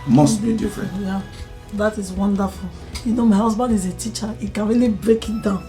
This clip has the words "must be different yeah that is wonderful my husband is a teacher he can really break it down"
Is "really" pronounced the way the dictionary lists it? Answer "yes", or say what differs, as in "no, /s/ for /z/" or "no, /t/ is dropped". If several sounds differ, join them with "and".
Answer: yes